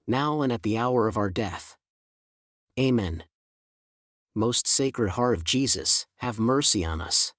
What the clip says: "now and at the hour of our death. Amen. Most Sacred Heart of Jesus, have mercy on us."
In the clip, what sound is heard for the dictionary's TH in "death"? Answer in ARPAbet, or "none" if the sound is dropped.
TH